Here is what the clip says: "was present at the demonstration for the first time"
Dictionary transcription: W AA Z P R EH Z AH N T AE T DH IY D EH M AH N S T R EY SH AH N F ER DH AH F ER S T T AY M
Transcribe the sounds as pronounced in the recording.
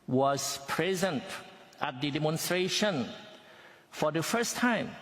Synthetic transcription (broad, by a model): W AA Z P R EH Z AH N T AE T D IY D EH M AH N S T R EY SH AH N F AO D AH F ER S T T AY M